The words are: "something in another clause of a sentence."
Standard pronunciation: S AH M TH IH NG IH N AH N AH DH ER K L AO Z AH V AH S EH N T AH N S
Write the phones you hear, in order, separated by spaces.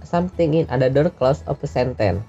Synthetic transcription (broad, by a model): S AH M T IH NG IH N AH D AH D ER K L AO S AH P AH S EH N T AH N